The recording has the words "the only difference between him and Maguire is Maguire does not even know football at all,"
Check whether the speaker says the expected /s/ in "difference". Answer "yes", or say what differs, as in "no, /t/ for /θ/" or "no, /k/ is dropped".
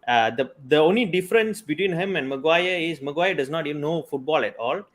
yes